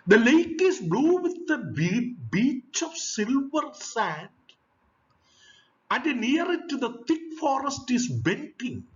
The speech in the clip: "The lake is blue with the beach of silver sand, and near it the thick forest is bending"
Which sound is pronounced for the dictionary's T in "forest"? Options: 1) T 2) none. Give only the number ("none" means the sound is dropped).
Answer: 1